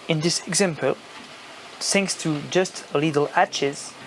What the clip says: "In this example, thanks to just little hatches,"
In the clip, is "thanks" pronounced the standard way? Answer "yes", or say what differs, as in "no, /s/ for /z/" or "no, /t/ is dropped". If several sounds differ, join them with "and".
no, /s/ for /θ/